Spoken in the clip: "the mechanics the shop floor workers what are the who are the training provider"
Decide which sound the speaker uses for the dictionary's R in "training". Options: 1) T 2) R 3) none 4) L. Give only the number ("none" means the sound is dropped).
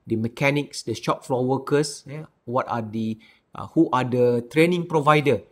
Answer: 2